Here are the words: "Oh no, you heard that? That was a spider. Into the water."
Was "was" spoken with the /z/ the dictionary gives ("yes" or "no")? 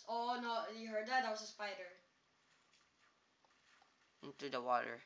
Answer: no